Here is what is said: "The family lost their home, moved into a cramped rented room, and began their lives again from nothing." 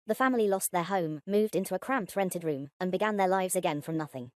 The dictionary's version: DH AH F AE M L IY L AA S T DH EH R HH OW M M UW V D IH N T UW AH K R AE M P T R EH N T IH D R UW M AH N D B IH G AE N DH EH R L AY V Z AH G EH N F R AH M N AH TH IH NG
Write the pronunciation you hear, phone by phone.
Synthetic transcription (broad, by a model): DH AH F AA M L IY L AA S DH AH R HH OW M M UW V D IH N T UW AH K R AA M P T R EH N T IH D R UW M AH N B IH G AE N DH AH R L AY V Z AH G EH N F R AH M N AH TH IH NG